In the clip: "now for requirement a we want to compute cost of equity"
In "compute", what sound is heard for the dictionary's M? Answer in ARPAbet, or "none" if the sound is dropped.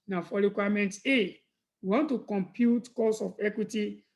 M